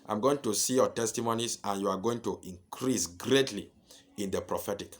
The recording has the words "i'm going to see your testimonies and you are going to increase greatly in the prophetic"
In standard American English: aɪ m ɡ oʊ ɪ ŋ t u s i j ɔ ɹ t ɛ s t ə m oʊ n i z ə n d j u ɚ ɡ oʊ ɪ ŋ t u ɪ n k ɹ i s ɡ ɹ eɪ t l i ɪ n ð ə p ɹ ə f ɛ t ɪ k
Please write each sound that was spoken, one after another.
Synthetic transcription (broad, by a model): aɪ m ɡ oʊ ɪ ŋ t u s i j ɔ t ɛ s t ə m oʊ n i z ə n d j u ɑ ɡ oʊ ɪ ŋ t u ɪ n k ɹ i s ɡ ɹ eɪ t l i ɪ n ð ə p ɹ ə f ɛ t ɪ k